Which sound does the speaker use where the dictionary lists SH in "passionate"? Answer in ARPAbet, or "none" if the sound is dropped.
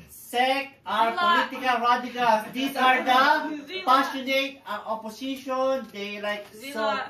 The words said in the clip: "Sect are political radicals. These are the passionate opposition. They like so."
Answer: S